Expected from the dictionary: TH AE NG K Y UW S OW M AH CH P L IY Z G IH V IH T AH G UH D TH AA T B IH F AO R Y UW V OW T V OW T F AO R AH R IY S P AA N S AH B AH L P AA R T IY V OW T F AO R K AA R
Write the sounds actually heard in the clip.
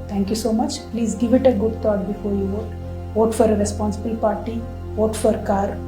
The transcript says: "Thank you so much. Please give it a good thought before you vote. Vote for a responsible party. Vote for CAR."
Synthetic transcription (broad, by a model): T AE NG K Y UW S OW M AH CH P L IY Z G IH V IH T AH G UH D T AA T B IH F AO R Y UW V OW T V OW T F AO R AH R IY S P AA N S AH B AH L P AA R T IY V OW T F AO R K AA R